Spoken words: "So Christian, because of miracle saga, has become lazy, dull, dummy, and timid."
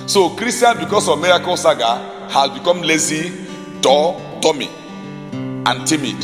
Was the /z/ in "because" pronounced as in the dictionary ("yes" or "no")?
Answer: no